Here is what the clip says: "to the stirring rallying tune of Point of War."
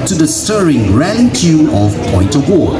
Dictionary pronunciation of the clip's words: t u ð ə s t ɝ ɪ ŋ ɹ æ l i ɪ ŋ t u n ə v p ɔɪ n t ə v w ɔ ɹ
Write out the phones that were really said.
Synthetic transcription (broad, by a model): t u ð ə s t ɝ ɪ ŋ ɹ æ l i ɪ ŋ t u ə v p ɔɪ n t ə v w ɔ